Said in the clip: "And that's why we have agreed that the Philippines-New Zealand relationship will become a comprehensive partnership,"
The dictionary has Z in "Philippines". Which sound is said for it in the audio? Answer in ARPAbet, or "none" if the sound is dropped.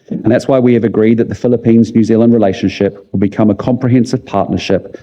Z